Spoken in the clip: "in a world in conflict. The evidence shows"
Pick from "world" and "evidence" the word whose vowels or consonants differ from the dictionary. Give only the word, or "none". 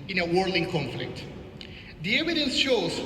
world